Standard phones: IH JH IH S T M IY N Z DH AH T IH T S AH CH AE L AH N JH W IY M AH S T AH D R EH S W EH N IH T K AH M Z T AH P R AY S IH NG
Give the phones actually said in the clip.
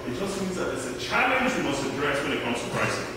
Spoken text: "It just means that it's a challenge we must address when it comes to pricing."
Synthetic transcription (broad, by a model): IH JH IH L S M IY N Z DH AH T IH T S AH CH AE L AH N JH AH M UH S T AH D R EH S W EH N IH T K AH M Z T AH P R AY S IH